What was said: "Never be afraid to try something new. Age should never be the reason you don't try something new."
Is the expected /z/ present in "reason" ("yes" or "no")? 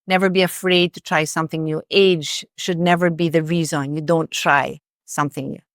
yes